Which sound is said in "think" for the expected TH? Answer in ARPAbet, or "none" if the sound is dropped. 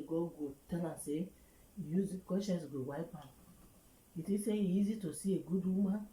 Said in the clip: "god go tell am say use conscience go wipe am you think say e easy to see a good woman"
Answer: T